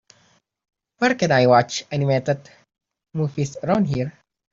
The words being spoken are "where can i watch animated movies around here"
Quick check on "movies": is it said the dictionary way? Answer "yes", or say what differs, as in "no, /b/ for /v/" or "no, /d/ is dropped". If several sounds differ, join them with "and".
no, /f/ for /v/ and /s/ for /z/